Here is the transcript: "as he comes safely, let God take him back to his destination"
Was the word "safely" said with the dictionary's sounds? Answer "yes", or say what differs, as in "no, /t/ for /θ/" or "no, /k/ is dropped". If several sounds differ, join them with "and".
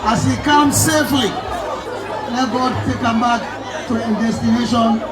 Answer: yes